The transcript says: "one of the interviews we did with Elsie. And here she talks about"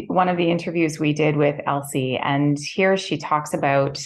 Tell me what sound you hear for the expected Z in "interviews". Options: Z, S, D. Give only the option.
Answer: Z